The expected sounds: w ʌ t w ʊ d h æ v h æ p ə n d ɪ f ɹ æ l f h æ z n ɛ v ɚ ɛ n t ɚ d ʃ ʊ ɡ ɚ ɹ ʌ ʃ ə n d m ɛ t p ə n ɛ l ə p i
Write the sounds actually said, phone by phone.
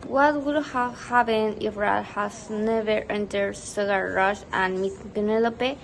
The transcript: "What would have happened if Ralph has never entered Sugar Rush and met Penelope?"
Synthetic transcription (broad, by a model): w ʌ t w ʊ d h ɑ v h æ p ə n ɪ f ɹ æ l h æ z n ɛ v ɚ ɛ n t ɚ d s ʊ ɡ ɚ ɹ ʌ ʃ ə n m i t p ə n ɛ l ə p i